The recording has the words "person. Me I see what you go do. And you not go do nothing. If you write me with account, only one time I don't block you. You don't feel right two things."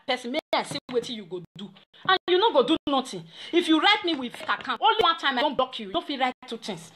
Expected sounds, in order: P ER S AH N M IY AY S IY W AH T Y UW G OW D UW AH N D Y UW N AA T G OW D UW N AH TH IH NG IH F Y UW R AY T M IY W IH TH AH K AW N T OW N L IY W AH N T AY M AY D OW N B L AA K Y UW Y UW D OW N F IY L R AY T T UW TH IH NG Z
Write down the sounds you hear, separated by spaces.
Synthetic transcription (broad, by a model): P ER S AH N M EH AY S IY W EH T Y UW G OW D UW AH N Y UW N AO G OW D UW N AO T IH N IH F Y UW R AY T M IY W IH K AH K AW T OW N L IY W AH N T AY M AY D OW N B AA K Y UW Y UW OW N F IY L R AY T T UW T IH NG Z